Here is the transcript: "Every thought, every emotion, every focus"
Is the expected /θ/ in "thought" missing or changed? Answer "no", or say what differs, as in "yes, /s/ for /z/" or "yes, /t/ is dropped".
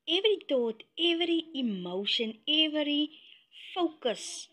yes, /t/ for /θ/